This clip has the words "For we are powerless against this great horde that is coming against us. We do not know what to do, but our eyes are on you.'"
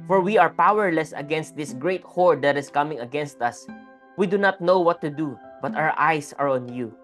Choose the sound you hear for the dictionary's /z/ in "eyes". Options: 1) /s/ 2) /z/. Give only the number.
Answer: 1